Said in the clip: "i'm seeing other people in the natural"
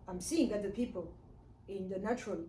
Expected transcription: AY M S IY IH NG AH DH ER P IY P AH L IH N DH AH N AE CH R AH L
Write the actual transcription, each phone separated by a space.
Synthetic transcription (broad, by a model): AY M S IY IH NG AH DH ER P IY P AH L IH N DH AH N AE CH R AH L